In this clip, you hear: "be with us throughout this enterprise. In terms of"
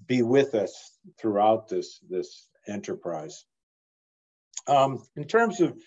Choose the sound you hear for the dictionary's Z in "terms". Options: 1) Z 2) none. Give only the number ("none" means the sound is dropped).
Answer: 1